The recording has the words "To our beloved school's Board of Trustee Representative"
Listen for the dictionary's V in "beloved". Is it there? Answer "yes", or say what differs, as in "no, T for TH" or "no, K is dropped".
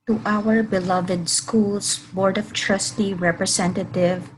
yes